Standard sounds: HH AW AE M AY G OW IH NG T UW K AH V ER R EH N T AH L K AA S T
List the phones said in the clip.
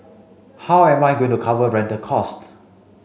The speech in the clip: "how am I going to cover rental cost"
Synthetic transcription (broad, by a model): HH AW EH M AY G OW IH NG T UW K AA V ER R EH N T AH K AA S T